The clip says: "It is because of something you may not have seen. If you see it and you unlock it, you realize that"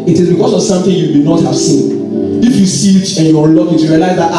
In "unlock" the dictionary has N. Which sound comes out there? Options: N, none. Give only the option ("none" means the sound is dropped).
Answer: none